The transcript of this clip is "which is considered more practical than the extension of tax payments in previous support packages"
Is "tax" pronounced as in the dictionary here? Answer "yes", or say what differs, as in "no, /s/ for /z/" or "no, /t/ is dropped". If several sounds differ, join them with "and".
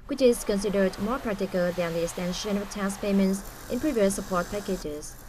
no, /k/ is dropped